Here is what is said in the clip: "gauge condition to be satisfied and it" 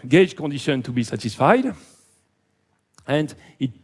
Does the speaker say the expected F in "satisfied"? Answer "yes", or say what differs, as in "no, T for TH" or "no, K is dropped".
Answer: yes